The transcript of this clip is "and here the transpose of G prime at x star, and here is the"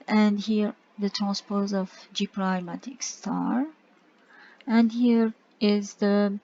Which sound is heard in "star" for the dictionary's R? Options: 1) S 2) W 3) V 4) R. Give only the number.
4